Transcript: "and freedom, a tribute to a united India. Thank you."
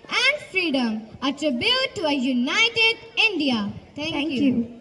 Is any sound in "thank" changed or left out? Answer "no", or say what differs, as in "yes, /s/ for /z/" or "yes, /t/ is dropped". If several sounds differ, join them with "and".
yes, /t/ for /θ/